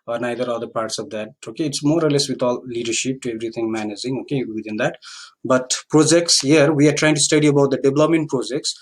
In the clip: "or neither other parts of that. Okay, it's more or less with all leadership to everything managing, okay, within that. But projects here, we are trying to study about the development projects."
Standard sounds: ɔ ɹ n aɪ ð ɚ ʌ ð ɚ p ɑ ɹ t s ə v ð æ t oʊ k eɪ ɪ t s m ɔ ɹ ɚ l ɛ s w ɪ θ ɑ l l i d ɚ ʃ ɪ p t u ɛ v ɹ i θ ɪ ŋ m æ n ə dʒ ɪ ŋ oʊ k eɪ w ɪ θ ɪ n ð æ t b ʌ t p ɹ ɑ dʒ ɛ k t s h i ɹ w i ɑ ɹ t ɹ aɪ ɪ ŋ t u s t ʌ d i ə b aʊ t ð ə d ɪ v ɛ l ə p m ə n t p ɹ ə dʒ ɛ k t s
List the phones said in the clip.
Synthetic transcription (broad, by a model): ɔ ɹ n aɪ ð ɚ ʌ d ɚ p ɑ ɹ t s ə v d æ t oʊ k eɪ ɪ t s m ɔ ɹ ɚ l ɛ s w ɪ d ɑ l l i d ɚ ʃ ɪ p t u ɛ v ɹ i t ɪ ŋ m æ n ə dʒ ɪ ŋ oʊ k eɪ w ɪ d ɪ n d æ t b ʌ t p ɹ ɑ dʒ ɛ k t s h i ɹ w i ɑ ɹ t ɹ aɪ ɪ ŋ t u s t ʌ d i ə b aʊ t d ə d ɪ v l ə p m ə n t p ɹ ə dʒ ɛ k t s